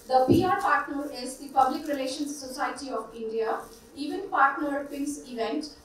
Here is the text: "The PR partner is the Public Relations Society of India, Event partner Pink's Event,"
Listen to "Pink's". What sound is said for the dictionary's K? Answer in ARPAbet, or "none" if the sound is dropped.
none